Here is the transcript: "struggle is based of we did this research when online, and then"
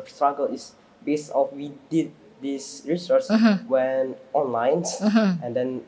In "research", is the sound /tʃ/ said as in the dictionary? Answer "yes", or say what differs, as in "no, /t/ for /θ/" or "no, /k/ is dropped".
no, /s/ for /tʃ/